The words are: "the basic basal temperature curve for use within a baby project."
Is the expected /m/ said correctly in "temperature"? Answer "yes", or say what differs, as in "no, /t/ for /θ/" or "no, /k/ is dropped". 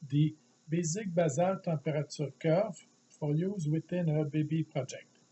no, /m/ is dropped